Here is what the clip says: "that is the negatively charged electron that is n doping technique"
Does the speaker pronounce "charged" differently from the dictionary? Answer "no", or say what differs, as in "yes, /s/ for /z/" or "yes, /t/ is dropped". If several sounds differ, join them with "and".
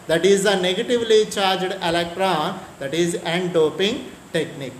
no